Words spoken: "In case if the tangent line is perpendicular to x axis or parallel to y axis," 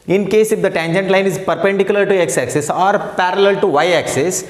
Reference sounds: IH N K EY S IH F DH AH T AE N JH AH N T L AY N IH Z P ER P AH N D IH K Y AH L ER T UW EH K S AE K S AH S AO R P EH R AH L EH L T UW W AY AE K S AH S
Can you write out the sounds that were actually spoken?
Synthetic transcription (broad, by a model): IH N K EY S IH F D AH T AE N JH AH N T L AY N IH Z P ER P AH N D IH K Y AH L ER T UW EH K S AE K S AH S AO R P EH R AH L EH L T UW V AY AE K S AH S